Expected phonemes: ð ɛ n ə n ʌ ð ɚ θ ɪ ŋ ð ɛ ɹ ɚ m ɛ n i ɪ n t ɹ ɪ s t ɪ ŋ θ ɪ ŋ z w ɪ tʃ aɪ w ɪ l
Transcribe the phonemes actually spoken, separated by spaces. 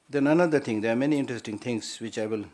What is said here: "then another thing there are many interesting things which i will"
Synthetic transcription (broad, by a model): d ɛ n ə n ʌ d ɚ t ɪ ŋ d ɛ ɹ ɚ m ɛ n i ɪ n t ɹ ɪ s t ɪ ŋ t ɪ ŋ s w ɪ tʃ aɪ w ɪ l